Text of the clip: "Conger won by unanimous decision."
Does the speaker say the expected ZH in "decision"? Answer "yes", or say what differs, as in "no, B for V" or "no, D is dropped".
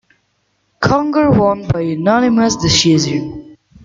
no, Z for ZH